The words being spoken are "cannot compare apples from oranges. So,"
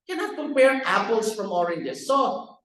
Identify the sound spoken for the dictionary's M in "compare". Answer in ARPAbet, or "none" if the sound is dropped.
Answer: none